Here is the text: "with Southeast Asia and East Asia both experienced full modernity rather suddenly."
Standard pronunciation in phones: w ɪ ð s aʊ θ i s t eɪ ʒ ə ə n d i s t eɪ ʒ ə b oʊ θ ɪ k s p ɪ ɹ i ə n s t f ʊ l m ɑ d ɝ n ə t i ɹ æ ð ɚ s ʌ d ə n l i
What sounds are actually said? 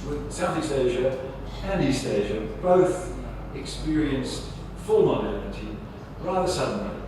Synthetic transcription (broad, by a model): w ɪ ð s aʊ θ i s t eɪ ʒ ə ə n i s t eɪ ʒ ə b oʊ θ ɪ k s p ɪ ɹ i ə n s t f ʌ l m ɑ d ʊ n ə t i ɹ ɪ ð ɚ s ʌ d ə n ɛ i